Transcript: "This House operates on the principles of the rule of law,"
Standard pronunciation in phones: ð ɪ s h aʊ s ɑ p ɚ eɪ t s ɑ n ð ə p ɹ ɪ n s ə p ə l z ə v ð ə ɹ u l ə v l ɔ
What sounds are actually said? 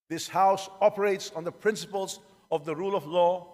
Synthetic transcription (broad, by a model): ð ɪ s h aʊ s ɑ p ɚ eɪ t s n ð ə p ɹ ɪ n s ə p ə l z ə v ð ə ɹ u l ə v l ɔ